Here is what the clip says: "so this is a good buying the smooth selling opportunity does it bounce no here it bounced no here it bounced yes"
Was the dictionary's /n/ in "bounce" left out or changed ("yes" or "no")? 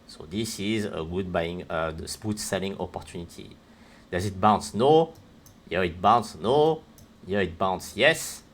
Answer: no